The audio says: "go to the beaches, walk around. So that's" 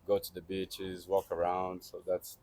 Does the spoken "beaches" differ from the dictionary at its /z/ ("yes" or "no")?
no